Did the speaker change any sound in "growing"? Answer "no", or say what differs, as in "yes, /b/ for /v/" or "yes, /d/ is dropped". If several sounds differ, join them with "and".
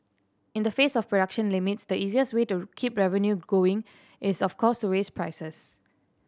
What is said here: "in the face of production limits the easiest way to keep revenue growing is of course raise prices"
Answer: yes, /ɹ/ is dropped